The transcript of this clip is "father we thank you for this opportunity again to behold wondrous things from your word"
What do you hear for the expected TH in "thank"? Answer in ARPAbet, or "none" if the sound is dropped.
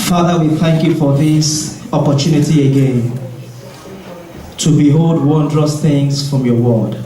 TH